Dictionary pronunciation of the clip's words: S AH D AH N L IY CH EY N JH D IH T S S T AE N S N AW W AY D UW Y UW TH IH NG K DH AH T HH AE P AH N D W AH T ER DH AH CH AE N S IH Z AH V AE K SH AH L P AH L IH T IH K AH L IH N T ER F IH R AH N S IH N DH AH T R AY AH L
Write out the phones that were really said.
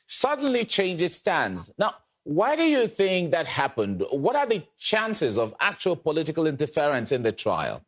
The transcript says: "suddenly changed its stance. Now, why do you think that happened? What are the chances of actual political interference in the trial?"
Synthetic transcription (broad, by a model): S AH D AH N L IY CH EY N JH IH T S S T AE N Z N AW W AY D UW Y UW TH IH NG K DH AH T HH AE P AH N D W AH T ER DH AH CH AE N S IH Z AH V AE K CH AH L P AH L IH T IH K AH L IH N T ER F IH R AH N S IH N DH AH T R AY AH L